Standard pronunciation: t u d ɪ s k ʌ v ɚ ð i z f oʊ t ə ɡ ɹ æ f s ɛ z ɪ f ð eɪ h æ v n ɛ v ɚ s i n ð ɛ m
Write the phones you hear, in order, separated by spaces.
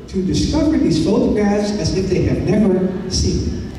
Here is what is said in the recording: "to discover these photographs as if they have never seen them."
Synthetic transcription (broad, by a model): t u d ɪ s k ʌ v ɚ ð i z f oʊ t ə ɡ æ s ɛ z ɪ f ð eɪ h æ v n ɛ v ɚ s i n